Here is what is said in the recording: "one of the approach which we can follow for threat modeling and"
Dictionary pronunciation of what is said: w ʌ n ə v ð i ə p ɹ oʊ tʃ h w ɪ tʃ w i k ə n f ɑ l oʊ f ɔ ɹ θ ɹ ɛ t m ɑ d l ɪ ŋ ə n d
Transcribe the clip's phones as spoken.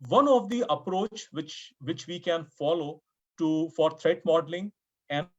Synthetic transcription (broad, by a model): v ʌ n ə v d i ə p ɹ oʊ tʃ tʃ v ɪ tʃ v i k ə n f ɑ l oʊ f ɔ ɹ t ɹ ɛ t m ɑ d l ɪ ŋ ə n